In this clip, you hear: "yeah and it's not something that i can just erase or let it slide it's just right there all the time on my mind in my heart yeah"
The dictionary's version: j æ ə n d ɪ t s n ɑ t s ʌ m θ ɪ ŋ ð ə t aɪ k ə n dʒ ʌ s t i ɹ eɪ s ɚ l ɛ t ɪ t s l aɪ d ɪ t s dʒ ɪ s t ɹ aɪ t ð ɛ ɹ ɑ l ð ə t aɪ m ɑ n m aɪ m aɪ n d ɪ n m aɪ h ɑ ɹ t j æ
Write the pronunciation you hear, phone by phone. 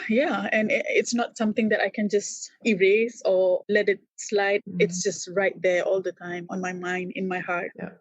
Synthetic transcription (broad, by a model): j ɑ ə n ɪ t s n ɑ t s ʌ m t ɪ ŋ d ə t aɪ k ə n dʒ ʌ s t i ɹ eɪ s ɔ l ɛ t ɪ t s l aɪ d ɪ t s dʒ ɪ s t ɹ aɪ t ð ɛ ɑ l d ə t aɪ m ɑ n m aɪ m aɪ n d ɪ n m aɪ h ɑ ɹ t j